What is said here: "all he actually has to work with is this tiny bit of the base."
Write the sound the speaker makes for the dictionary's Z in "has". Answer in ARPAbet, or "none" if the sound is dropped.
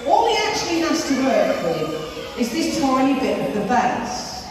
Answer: S